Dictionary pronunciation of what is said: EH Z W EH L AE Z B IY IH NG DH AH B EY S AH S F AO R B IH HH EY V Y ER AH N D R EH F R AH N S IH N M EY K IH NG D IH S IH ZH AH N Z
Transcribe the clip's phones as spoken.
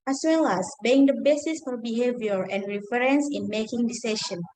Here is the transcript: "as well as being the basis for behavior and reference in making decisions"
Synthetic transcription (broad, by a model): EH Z W EH L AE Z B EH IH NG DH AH B EY S AH S F AO R B IH HH EY V Y ER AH N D R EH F R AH N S IH N M EY K IH NG D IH S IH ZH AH N